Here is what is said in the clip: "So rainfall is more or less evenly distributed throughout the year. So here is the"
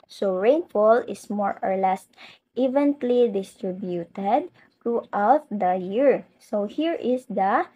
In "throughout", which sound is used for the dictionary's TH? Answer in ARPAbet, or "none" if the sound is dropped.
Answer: T